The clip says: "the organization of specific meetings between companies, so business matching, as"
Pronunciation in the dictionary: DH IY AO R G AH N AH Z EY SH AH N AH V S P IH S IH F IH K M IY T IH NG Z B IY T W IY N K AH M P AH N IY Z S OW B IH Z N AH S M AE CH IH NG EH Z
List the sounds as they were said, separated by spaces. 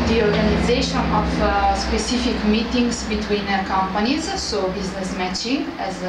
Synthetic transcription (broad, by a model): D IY AO R G AH N AH Z EY SH AH N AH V S P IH S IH F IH K M IY T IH NG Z B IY T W IY N K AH M P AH N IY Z S OW B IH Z N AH S M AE CH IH NG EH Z